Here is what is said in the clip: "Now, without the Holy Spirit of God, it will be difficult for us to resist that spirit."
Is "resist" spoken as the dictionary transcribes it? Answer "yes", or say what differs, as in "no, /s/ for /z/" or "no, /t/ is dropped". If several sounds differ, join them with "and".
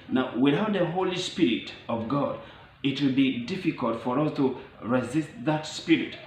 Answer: yes